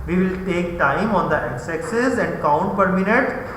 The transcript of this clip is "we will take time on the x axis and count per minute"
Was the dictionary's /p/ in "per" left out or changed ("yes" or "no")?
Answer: no